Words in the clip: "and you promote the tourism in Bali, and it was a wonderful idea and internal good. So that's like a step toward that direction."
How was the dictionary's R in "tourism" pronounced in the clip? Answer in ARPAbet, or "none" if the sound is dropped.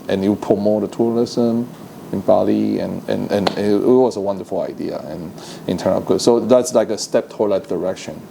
L